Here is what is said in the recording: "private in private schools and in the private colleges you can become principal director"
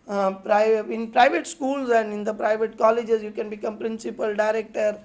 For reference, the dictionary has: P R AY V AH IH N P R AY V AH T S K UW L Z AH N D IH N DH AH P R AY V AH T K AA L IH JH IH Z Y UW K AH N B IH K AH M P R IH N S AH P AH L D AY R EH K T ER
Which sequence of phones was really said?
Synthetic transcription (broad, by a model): P R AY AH IH N P R AY V AH T S K UW L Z AH N D IH N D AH P R AY V AH T K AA L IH JH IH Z Y UW K AH N B IH K AH M P R IH N S AH P AH L D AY R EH K T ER